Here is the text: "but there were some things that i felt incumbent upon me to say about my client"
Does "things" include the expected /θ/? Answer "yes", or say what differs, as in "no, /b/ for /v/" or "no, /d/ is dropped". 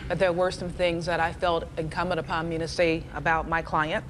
yes